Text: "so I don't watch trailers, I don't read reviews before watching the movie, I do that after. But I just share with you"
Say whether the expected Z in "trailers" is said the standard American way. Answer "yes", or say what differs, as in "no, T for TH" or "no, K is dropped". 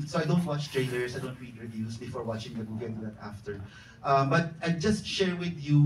no, S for Z